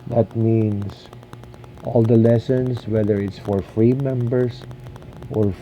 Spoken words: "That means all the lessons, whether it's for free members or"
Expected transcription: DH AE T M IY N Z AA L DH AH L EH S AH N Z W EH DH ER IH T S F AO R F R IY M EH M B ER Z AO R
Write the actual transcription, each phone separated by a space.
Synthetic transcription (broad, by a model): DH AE T M IY N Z AA L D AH L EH S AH N S W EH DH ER IH T S F AO R F R IY M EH M B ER S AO R